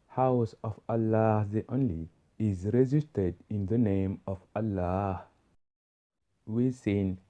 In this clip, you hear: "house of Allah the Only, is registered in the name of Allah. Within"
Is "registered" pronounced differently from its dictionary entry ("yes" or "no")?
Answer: yes